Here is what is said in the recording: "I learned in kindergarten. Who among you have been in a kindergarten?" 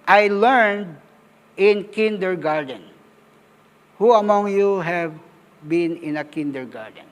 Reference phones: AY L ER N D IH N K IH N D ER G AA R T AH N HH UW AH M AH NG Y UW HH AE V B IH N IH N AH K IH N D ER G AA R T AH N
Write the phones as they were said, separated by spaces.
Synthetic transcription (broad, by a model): AY L ER N D IH N K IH N D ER G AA R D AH N HH UW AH M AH NG Y UW HH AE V B IH N IH N AH K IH N D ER G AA R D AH N